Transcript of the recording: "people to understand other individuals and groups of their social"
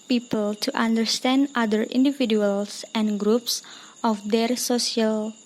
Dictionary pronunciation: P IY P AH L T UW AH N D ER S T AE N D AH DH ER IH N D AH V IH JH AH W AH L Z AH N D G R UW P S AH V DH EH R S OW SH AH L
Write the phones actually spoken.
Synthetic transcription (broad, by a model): P IY P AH L T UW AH N D ER S T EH N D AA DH ER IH N D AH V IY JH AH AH L S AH N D G R UW P S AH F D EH R S OW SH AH L